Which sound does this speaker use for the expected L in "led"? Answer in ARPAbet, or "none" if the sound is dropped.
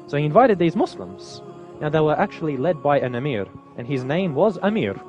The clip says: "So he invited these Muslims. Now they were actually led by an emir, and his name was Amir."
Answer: L